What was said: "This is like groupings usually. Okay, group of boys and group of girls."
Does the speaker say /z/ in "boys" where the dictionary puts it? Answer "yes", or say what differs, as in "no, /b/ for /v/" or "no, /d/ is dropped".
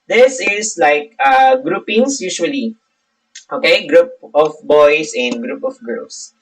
no, /s/ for /z/